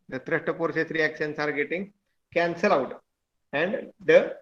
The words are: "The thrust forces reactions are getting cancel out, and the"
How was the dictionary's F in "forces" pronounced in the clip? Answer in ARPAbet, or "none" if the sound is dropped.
P